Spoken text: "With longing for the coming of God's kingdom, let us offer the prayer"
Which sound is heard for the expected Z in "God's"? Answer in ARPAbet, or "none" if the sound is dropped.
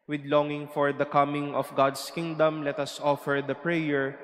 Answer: S